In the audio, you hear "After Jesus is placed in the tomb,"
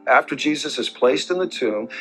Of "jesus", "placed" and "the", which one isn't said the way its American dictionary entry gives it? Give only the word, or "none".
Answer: none